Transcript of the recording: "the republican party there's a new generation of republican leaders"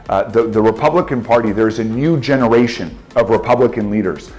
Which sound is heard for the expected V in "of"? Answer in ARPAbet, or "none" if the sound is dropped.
V